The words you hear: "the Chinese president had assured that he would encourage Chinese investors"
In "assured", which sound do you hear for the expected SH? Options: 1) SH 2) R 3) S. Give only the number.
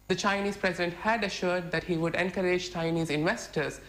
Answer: 1